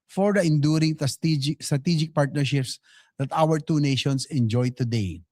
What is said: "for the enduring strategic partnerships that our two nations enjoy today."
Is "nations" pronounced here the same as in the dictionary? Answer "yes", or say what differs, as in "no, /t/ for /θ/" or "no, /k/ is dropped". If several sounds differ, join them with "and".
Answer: no, /s/ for /z/